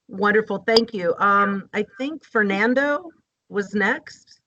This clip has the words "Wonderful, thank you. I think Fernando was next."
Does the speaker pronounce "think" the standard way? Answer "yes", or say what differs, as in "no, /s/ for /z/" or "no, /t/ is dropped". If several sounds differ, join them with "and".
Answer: yes